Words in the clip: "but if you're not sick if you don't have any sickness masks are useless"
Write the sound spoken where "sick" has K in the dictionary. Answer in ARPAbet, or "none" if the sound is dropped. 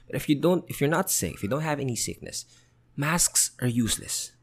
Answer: none